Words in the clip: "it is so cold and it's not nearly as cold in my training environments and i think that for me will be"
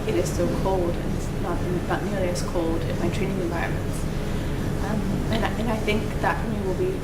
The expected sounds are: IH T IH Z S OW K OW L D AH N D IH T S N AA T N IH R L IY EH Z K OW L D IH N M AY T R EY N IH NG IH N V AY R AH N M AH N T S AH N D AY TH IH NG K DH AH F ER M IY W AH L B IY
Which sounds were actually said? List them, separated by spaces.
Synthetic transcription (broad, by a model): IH T IH Z S OW K OW L D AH N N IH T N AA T N IH R L IY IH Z K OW L D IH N M AY T R EY N IH NG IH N V AY R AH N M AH N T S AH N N AY TH IH NG K DH AH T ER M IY W AH L B IY